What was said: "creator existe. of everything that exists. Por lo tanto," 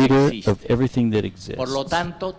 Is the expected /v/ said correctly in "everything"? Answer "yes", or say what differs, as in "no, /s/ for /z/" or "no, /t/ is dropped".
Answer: yes